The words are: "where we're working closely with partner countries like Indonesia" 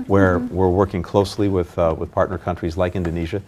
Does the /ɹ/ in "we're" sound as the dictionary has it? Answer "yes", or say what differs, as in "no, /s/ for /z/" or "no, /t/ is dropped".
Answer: yes